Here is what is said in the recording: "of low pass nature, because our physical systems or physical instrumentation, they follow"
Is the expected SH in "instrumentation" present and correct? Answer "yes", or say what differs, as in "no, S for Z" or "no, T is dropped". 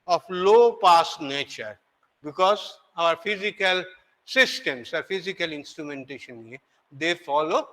yes